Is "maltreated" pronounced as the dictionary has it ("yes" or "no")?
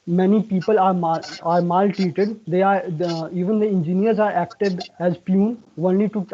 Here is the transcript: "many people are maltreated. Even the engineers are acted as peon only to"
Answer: no